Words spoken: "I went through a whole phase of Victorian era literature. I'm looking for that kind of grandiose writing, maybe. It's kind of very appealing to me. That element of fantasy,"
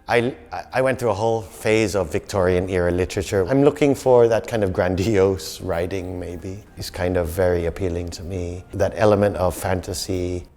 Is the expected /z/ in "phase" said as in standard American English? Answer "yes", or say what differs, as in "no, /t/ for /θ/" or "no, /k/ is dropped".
yes